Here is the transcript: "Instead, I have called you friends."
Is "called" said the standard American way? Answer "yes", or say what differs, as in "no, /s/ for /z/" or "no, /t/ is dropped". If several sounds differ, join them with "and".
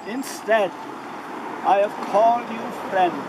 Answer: yes